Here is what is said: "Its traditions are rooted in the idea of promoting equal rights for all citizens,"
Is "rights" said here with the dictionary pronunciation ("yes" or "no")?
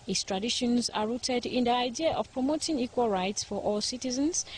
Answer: yes